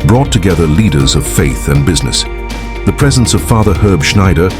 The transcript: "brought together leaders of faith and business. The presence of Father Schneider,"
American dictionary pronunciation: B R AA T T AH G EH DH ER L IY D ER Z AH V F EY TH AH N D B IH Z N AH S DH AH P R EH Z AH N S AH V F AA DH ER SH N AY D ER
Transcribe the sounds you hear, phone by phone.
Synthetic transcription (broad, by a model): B R AA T T AH G EH DH ER L IY D ER Z AH V F EY TH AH N B IH Z N AH S DH AH P R EH Z AH N S AH V F AA DH ER SH N AY D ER